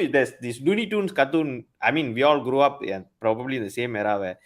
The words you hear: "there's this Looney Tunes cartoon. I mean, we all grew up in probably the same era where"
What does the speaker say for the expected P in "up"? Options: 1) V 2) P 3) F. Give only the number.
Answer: 2